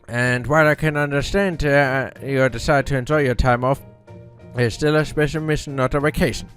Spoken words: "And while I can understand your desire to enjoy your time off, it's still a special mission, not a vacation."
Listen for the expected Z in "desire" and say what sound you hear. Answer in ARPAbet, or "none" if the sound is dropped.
S